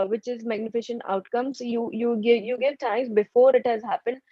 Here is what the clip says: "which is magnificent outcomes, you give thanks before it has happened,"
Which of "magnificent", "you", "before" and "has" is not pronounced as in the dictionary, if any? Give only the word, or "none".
magnificent